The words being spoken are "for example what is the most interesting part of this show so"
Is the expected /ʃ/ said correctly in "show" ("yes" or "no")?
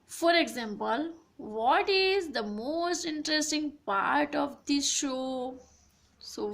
yes